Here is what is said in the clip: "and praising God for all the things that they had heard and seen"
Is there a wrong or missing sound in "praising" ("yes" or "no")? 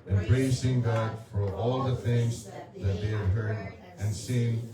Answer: yes